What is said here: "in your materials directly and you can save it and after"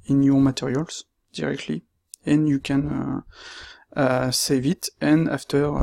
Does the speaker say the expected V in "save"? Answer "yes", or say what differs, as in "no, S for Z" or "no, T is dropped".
yes